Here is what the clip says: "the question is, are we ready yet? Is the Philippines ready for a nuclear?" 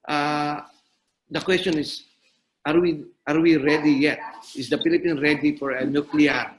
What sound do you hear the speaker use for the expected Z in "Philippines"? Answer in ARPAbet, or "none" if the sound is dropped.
none